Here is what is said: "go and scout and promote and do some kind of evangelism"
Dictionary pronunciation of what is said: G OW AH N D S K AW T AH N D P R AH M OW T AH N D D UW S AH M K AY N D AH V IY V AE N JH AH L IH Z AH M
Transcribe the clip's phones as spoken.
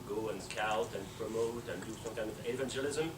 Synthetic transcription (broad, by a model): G OW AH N S K AW T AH N P R AH M OW T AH N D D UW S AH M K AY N AH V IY V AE N JH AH L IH Z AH M